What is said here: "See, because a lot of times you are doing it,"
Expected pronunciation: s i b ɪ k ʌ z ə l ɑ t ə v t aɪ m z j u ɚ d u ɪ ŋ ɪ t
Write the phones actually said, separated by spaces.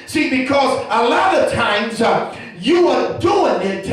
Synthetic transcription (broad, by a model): s i b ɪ k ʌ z ə l ɑ t ə v t aɪ m z j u ɚ d u ɪ ŋ ɪ t